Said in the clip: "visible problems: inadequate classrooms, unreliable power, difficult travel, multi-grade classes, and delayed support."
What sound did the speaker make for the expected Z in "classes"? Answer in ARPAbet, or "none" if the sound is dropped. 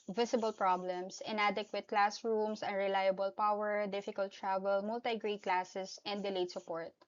S